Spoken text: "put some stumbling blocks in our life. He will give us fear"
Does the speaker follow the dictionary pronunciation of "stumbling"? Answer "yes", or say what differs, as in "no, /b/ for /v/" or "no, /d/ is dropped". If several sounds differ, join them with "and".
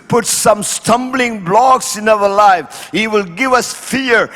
yes